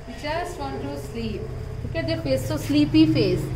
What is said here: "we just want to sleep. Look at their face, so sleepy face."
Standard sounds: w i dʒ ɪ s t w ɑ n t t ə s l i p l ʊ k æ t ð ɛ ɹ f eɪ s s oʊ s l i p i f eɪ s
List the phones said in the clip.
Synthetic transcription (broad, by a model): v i tʃ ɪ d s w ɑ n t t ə s l i p l ʊ k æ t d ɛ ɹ f eɪ s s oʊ s l i p i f eɪ s